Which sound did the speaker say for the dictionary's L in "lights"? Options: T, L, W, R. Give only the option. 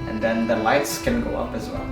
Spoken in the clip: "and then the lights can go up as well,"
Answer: L